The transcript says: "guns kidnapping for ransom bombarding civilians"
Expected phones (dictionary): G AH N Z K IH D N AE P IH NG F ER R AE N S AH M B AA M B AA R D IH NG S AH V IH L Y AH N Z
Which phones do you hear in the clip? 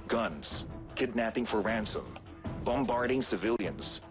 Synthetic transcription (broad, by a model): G AH N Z K IH D N AE P IH NG F ER R AE N S AH M B AA M B AA R D IH NG S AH V IH L Y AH N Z